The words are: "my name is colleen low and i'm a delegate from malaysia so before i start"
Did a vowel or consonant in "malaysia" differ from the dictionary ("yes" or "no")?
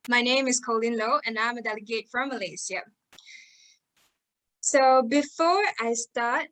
yes